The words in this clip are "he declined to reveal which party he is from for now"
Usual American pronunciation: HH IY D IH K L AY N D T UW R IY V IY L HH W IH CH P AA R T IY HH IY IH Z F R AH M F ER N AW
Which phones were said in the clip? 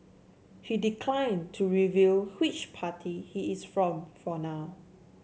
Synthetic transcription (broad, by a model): HH IY D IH K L AY N T UW R IY V IY L HH W IH CH P AA T IY HH IY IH S F R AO M F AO N AW